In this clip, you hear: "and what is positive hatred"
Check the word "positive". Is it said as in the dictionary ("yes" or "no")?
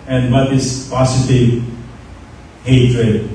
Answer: no